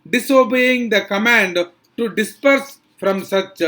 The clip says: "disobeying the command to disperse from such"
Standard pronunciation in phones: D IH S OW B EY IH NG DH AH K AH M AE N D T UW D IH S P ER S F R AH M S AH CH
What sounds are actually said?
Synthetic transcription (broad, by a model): D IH S OW B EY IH NG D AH K AH M AE N D T UW D IH S P ER S F R AH M S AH CH